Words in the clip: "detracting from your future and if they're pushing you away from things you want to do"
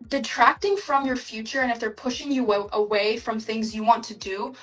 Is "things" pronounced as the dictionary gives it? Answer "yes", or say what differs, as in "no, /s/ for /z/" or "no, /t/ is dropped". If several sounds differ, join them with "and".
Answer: yes